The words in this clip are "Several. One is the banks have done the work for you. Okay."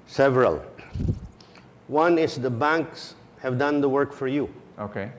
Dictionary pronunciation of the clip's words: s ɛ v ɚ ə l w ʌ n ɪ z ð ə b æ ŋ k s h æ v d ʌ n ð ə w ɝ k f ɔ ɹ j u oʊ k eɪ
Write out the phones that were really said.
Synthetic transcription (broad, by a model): s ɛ v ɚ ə l w ʌ n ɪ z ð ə b æ ŋ k s h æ v d ʌ n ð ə w ɝ k f ɔ ɹ j u oʊ k eɪ